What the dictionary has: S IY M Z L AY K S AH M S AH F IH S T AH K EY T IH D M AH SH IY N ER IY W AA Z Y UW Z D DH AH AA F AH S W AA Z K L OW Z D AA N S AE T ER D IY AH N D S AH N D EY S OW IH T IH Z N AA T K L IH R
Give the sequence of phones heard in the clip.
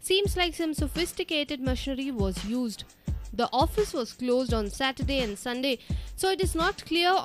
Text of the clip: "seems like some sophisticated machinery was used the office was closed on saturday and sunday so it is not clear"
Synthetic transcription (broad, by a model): S IY M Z L AY K S AH M S AH F IH S T AH K EY T IH D M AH SH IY N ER IY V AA Z Y UW Z D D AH AA F AH S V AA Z K L OW Z D AA N S AE T ER D IY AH N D S AH N D EY S OW IH T IH Z N AA T K L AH R